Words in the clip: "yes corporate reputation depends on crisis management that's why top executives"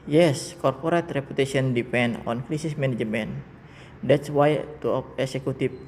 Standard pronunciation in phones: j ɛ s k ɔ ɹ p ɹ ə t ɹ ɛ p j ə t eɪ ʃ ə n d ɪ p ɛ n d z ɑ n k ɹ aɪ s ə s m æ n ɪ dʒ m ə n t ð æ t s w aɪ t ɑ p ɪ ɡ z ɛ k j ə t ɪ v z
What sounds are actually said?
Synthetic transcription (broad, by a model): j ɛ s k ɔ ɹ p ɹ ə t ɹ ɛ p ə t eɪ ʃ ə n d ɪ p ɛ n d ɑ n k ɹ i s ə s m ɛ n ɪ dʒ m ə n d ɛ t s w aɪ t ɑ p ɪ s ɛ k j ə t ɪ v